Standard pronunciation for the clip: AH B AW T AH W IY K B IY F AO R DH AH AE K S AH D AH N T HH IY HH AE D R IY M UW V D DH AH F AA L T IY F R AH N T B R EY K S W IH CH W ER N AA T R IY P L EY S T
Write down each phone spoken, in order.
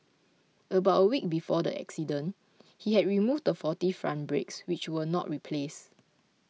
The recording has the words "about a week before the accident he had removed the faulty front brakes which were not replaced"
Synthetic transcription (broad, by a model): AH B AW T AH W IY K B IY F AO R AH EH K S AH D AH N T HH IY HH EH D R IY M UW V D AH F AA T IY F R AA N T B R EY K S W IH CH W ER N AA T R IY P L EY S